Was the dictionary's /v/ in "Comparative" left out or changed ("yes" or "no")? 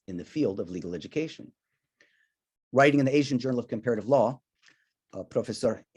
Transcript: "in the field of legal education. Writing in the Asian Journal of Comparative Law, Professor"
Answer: no